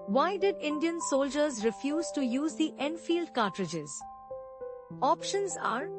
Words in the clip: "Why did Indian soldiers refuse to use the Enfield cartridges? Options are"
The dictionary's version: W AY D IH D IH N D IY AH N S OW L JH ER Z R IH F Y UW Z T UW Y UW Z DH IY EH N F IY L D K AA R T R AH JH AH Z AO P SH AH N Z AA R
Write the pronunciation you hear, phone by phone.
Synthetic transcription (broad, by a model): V AY D IH D IH N D IY AH N S OW L JH ER Z R IH F Y UW Z T UW Y UW Z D IY EH N F IY L D K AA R T R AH JH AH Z AO P SH AH N Z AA R